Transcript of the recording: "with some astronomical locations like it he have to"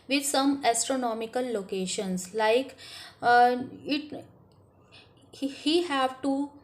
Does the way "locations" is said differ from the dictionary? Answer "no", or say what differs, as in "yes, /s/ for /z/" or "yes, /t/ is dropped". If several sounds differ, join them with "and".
yes, /s/ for /z/